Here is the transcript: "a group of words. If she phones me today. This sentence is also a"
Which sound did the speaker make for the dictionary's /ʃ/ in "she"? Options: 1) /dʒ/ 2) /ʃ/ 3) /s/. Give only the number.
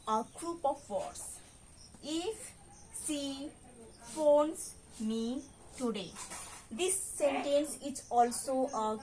3